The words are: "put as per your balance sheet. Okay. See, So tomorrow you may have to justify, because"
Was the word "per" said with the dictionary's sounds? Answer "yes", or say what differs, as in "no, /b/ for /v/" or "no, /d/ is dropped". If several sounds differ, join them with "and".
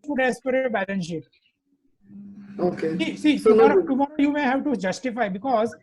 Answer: yes